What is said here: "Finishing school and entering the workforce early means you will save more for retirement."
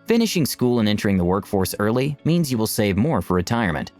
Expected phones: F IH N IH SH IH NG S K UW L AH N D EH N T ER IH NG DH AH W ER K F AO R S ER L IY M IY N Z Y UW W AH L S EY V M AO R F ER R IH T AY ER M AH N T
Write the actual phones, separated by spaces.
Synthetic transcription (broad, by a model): F IH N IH SH IH NG S K UW L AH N EH N T ER IH NG DH AH W ER K F AO R S ER L IY M IY N Z Y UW W AH L S EY V M AO R F ER R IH T AY ER M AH N T